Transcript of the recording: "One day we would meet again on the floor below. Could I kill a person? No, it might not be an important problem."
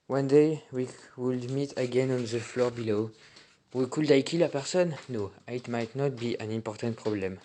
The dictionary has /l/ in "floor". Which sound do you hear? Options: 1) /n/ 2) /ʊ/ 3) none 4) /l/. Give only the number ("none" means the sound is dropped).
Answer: 4